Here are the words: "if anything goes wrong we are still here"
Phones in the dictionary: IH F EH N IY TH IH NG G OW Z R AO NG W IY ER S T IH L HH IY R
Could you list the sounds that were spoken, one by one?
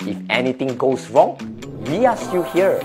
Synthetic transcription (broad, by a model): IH F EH N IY T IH NG G OW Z R AO NG W IY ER S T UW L HH IY R